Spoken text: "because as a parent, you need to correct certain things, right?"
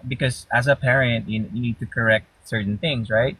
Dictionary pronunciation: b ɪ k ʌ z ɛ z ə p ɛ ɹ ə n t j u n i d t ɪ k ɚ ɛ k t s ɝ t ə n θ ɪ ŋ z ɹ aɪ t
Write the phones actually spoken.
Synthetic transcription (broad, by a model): b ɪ k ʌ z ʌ z ə p ɛ ɹ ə n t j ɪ n i d t ɪ k ɚ ɛ k t s ɝ t n θ ɪ ŋ z ɹ aɪ t